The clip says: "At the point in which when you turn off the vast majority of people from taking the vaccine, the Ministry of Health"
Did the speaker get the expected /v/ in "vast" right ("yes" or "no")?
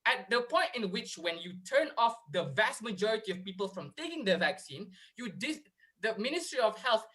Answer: yes